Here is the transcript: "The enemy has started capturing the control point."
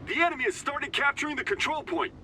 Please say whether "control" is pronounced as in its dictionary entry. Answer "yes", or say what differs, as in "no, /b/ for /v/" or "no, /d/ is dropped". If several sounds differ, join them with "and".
yes